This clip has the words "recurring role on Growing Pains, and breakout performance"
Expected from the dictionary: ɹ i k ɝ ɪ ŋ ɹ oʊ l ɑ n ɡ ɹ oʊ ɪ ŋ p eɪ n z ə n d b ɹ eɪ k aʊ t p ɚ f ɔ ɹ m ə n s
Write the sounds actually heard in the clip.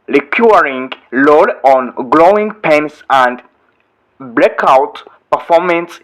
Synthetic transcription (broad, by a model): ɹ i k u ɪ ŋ l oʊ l ɑ n ɡ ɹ oʊ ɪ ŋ p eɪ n s ə n d b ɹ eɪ k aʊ t p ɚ f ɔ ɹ m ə n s